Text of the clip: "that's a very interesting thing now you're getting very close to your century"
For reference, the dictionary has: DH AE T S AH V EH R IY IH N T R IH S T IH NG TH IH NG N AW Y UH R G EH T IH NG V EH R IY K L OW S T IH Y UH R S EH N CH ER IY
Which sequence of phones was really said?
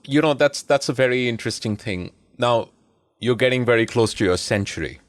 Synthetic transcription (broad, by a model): DH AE T S AH V EH R IY IH N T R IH S T IH NG TH IH NG N AW Y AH R G EH T IH NG V EH R IY K L OW S T IH Y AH R S EH N CH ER IY